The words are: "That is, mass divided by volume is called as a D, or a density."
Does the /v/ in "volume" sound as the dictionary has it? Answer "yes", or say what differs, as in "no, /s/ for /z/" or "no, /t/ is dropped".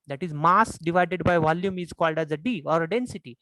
yes